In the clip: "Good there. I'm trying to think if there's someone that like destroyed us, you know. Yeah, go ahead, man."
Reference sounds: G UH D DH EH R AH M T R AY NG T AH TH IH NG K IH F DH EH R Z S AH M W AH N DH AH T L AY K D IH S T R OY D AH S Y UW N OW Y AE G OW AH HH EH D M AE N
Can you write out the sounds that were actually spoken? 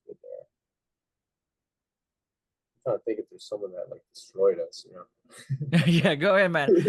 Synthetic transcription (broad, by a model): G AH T AY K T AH TH IH NG K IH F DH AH R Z S AH M W AH N DH AH T L AY K D IH S T R OY D AH S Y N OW Y AE G OW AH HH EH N M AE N